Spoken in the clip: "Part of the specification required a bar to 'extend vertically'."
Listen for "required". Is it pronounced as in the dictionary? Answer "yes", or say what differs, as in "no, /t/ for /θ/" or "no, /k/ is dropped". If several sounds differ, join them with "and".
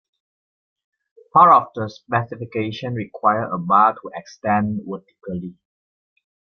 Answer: no, /d/ is dropped